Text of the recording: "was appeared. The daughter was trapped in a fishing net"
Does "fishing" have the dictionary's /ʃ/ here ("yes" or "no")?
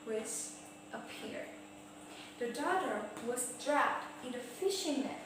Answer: yes